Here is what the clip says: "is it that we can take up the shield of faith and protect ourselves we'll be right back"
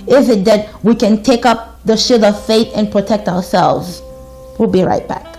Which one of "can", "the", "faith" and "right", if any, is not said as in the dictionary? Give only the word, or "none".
none